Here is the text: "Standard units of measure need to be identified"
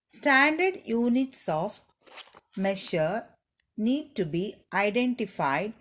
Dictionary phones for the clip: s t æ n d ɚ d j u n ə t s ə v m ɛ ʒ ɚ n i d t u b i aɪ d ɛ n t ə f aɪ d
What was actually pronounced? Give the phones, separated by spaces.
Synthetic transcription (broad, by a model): s t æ n d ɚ d j u n ə t s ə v m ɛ ʃ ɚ n i d t u b i aɪ d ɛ n t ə f aɪ d